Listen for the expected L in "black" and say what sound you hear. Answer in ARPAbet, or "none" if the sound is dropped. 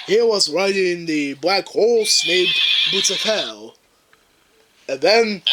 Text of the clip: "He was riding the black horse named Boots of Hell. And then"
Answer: L